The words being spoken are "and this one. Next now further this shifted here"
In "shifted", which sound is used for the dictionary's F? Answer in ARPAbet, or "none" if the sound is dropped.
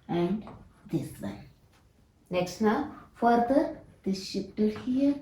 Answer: P